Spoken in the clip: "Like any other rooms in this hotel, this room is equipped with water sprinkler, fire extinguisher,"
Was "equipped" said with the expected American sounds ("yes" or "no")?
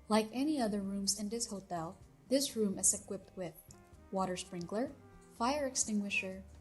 yes